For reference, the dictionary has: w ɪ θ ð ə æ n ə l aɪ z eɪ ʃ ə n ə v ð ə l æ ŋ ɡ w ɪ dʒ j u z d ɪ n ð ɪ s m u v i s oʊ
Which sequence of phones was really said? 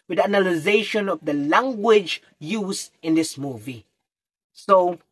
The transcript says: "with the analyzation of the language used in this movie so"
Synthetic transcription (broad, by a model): w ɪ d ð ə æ n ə l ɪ z eɪ ʃ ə n ə v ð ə l æ ŋ ɡ w ɪ dʒ j u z ɪ n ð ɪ s m u v i s oʊ